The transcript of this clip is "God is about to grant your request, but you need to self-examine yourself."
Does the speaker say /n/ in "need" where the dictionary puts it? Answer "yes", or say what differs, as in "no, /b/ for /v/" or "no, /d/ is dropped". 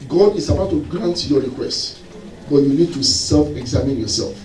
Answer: yes